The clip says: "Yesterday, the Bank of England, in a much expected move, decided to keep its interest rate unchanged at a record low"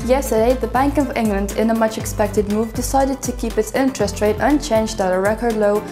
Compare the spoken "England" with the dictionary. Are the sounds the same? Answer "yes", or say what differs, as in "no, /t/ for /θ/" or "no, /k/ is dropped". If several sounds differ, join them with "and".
yes